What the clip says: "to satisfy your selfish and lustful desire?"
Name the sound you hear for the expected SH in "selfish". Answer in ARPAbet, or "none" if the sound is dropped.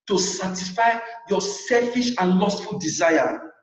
SH